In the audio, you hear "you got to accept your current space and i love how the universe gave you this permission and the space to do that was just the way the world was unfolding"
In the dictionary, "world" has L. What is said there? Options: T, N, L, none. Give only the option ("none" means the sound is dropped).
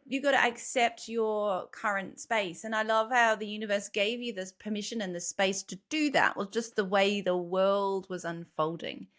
L